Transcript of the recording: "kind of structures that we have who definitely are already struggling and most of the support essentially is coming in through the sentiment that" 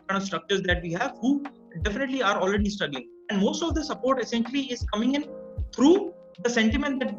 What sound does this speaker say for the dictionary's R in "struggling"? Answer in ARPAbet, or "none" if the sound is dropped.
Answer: none